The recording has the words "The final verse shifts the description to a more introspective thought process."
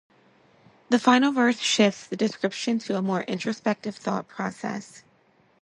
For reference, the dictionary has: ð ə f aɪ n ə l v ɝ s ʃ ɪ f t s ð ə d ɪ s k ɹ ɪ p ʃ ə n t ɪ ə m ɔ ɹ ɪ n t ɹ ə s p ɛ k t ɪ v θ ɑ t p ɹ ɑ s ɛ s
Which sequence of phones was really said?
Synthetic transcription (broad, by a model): ð ə f aɪ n l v ɝ θ ʃ ɪ f t s ð ə d ɪ s k ɹ ɪ p ʃ ə n t ɪ ə m ɔ ɹ ɪ n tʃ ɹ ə s p ɛ k t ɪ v θ ɑ t p ɹ ɑ s ɛ s